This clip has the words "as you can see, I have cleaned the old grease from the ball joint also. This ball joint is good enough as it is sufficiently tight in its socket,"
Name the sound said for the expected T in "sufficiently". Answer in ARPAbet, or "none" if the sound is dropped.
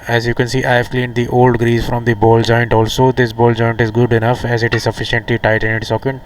T